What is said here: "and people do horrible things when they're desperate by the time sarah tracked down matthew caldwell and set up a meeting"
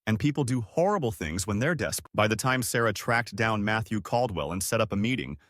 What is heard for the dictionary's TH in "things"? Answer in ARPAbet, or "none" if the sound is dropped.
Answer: TH